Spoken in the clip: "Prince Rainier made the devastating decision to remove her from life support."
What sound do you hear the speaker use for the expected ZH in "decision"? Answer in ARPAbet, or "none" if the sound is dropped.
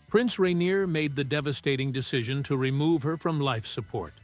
ZH